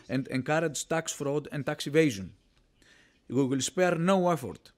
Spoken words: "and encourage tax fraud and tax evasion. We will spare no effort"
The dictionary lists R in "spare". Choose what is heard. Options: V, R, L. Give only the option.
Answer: R